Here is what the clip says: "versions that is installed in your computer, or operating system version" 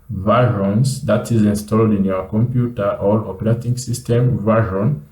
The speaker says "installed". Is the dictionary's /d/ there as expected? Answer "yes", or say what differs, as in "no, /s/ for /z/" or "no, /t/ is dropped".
yes